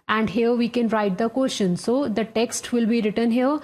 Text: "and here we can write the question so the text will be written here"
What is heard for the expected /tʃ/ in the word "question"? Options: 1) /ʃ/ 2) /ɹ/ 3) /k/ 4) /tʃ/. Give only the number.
1